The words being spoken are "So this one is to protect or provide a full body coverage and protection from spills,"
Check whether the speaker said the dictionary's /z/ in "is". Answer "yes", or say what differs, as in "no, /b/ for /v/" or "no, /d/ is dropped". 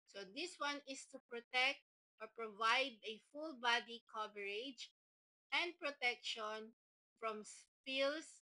no, /s/ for /z/